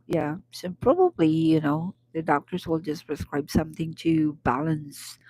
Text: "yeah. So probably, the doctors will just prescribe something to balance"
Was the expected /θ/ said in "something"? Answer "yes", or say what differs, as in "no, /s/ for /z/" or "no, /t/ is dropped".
yes